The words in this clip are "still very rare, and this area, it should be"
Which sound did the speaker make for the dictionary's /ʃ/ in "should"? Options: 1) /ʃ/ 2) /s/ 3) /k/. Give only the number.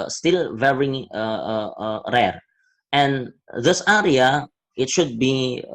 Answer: 1